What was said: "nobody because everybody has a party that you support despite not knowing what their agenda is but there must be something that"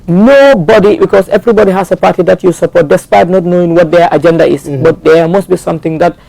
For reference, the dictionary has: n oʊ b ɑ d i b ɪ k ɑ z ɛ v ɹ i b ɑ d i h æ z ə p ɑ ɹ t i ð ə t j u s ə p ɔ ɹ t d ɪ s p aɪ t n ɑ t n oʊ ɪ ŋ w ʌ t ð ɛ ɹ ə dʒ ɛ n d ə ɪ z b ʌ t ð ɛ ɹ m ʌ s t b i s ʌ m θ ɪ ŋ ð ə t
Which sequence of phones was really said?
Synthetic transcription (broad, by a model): n oʊ b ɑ d i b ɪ k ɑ s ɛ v ɹ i b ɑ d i h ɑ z ə p ɑ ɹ t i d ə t j u s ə p ɔ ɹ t d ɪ s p aɪ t n ɑ t n oʊ ɪ ŋ w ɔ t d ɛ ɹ ə dʒ ɛ n d ə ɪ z b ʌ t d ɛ m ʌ s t b i s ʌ m t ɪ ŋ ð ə t